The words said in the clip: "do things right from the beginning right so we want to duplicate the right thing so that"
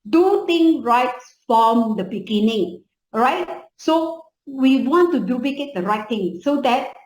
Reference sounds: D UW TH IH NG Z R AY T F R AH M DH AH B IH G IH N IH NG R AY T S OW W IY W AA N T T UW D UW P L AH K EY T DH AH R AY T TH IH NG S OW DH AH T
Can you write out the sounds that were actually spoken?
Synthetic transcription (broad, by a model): D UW T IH NG R AY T F R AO M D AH B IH G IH N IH NG R AY T S OW W IY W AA N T T UW D UW P L AH K EY T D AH R AY T T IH NG S OW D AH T